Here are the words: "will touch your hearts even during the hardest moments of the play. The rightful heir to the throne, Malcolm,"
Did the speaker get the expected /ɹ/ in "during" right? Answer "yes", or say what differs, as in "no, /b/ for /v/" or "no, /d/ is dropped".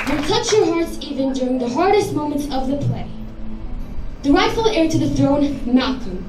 yes